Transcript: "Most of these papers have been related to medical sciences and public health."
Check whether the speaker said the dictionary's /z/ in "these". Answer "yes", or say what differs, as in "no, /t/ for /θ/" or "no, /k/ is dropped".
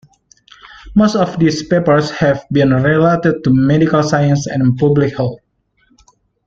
no, /s/ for /z/